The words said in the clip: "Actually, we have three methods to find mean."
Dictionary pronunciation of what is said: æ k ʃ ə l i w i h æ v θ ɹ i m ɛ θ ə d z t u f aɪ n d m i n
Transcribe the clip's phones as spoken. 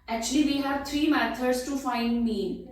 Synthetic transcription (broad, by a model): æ k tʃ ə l i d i h æ v t ɹ i m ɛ t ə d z t u f aɪ n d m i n